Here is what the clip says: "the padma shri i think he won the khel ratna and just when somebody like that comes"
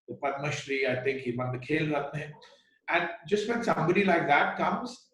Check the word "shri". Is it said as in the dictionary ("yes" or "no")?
yes